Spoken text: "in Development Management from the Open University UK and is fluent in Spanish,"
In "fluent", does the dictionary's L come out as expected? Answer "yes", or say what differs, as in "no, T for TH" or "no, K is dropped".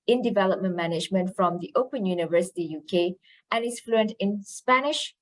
yes